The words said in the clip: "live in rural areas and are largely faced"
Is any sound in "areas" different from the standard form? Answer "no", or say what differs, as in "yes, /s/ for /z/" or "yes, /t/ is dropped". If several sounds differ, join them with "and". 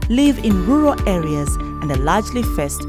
no